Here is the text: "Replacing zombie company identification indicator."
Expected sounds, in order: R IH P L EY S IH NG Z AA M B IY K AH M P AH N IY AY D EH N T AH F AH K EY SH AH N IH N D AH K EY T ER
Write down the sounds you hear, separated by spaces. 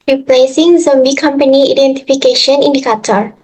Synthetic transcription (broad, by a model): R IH P L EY S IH NG Z AA M B IY K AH M P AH N IY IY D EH N T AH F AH K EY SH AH N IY N D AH K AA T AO